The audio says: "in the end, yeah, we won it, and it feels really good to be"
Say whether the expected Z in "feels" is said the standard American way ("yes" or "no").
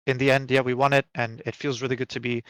yes